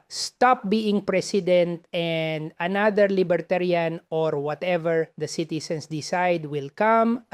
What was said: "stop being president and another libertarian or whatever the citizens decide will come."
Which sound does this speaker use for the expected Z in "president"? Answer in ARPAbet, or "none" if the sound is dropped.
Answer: S